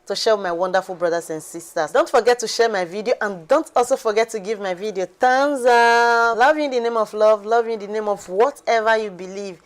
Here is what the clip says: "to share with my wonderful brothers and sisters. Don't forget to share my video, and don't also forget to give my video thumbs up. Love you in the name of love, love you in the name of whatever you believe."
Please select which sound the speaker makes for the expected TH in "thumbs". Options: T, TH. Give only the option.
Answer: T